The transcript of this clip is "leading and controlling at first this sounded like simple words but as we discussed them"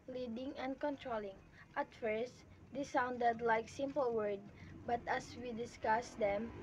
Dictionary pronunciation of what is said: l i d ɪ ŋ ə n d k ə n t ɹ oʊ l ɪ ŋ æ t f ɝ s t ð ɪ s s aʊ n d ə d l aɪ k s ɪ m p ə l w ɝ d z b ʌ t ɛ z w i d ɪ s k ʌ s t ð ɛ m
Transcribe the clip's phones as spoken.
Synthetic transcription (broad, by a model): l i d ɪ ŋ ə n d k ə n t ɹ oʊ l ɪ ŋ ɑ t f ɝ s t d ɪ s s aʊ n d ə d l aɪ k s ɪ m p ə l w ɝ d b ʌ t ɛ s w i d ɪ s k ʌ s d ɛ m